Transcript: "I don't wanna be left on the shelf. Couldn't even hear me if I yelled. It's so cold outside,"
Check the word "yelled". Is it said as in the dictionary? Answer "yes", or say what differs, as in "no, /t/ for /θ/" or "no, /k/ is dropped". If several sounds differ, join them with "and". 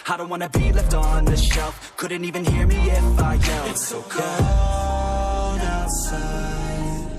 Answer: no, /d/ is dropped